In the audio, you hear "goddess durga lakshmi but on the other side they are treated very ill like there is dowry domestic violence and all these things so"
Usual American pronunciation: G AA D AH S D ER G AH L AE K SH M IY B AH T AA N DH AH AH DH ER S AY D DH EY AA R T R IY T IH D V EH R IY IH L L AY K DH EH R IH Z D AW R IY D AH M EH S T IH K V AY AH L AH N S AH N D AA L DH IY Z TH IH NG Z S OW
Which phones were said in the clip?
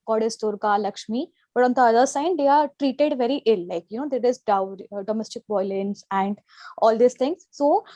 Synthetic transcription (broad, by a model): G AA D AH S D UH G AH L AE K SH M IY B AH T AA N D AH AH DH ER S AY D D EY AA R T R IY T IH D V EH R IY IH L L AY K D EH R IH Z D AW IY D AH M EH S T IH K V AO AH L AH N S AH N D AA L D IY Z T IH NG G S OW